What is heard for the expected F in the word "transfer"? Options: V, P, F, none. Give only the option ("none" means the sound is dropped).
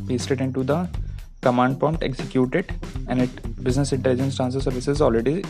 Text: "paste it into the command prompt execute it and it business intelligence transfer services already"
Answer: none